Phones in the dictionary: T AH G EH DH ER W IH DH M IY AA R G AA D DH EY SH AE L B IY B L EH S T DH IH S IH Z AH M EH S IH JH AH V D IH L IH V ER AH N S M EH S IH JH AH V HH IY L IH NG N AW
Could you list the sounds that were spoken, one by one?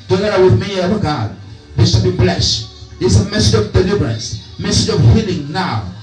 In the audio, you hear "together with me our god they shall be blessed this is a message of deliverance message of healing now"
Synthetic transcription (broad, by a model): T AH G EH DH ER W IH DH M IY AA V G AA D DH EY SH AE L B IY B L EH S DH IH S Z AH M EH S IH JH AH V D IH L IH V ER AH N S M EH S IH JH AH V HH IY L IH NG N AW